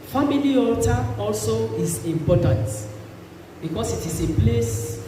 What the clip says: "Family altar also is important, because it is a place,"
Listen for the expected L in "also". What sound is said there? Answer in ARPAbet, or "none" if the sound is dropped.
L